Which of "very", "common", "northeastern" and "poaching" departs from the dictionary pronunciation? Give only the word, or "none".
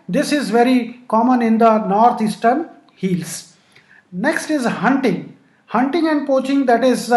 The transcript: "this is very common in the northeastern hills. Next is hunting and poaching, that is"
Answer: northeastern